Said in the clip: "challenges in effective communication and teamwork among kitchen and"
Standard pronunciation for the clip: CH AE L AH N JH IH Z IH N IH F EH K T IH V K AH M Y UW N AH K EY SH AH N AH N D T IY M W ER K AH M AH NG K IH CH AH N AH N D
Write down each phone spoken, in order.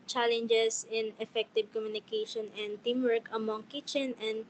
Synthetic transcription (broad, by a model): CH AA L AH N JH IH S IH N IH F EH K T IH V K AH M Y UW N AH K EY SH AH N AH N D T IY M W ER K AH M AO NG K IH CH AH N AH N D